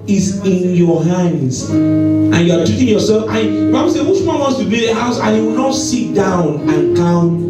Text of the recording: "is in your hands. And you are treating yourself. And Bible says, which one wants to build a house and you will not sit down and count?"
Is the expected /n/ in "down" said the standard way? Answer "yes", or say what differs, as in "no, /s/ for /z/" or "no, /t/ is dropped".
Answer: yes